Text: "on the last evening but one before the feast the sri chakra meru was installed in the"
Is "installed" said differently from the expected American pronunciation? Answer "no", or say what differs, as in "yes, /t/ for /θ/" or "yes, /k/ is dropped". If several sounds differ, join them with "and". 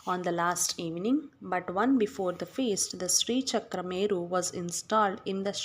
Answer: no